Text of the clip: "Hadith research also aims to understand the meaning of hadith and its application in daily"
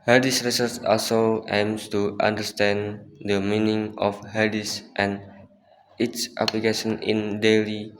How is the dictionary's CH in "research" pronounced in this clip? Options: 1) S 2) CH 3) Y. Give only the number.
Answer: 1